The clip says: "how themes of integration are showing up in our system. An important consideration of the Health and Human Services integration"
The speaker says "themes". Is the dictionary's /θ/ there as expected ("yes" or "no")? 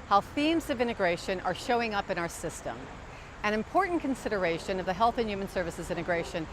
yes